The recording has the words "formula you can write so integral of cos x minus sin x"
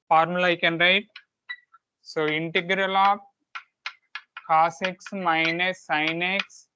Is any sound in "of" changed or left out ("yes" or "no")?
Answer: yes